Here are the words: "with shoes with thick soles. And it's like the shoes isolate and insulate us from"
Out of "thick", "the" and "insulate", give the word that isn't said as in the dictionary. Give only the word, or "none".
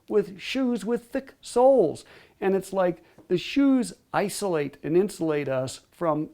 none